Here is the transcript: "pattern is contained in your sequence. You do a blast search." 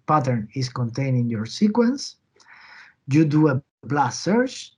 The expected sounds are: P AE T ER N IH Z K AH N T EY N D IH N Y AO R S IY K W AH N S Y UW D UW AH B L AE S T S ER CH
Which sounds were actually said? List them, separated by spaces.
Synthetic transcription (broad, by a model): P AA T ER N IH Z K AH N T EY N IH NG Y AO R S IY K W AH N S Y UW D UW AH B L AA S S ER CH